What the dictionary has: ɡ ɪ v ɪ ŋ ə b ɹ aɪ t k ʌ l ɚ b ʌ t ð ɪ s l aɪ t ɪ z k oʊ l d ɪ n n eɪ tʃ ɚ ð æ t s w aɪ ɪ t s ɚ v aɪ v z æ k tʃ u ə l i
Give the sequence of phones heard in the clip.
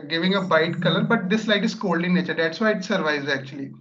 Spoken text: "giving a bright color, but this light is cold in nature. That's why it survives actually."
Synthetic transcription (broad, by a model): ɡ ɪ v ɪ ŋ ə b aɪ t k ʌ l ɚ b ʌ t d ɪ s l aɪ t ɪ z k oʊ l d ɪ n n eɪ tʃ ɚ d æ t s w aɪ ɪ t s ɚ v aɪ z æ k tʃ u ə l i